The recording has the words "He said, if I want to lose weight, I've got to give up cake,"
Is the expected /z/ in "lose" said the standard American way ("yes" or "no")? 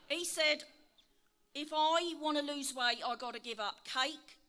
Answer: yes